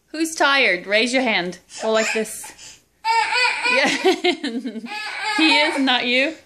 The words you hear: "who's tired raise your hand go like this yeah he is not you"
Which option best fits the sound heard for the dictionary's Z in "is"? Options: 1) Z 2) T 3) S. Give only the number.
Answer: 1